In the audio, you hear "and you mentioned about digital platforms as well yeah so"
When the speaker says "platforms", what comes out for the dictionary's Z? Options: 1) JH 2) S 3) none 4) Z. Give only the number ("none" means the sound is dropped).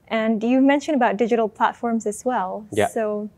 4